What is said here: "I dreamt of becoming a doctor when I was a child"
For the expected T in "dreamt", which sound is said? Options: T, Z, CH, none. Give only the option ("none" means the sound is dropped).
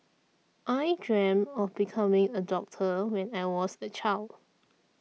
none